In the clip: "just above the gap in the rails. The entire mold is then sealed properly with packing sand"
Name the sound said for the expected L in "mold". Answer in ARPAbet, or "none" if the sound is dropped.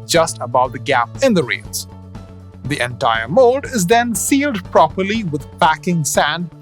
none